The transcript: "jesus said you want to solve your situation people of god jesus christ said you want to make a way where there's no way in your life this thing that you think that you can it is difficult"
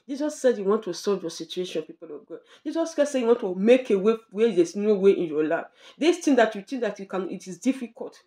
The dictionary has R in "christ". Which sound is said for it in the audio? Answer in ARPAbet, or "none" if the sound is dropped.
none